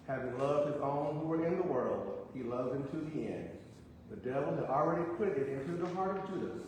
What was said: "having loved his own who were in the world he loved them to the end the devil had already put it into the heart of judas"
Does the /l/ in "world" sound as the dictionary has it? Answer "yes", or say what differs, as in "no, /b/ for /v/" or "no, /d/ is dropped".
yes